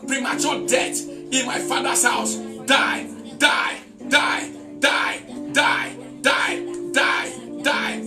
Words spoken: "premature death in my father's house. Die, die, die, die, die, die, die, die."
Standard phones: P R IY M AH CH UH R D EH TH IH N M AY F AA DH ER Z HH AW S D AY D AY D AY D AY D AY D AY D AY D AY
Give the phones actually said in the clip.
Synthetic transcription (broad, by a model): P R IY M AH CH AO D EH T IH N M AY F AA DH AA S HH AW S D AY D AY D AY D AY D AY D AY D AY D AY